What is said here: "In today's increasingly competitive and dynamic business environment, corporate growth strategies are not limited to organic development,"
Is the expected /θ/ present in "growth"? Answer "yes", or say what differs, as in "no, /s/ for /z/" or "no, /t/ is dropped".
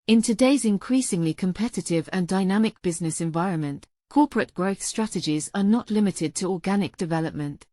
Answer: yes